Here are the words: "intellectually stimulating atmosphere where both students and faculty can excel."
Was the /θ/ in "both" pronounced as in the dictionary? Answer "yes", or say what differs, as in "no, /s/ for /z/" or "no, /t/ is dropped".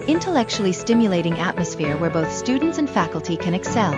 yes